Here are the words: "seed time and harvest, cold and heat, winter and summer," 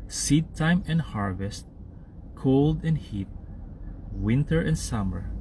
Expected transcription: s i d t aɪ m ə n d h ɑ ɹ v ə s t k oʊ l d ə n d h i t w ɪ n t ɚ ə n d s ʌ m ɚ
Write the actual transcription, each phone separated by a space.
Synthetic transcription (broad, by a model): s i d t aɪ m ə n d h ɑ ɹ v ə s t k oʊ l d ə n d h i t w ɪ n t ɚ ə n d s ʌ m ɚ